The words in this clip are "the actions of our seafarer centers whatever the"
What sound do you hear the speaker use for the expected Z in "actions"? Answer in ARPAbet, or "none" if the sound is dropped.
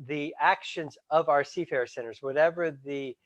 Z